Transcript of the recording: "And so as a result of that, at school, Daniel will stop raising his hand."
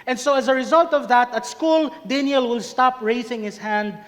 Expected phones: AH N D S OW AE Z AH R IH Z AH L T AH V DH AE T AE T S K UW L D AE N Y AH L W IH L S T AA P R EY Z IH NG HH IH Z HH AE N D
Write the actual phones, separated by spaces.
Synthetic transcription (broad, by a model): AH N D S OW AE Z AH R IH Z AH L T AH V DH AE T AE T S K UW L D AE N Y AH L W IH L S T AA P R EY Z IH NG HH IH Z HH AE N D